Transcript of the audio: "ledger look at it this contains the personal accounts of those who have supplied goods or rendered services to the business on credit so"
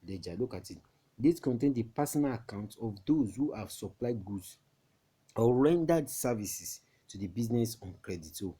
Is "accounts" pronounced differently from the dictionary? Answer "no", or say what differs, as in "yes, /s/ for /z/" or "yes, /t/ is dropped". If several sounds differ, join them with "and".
yes, /s/ is dropped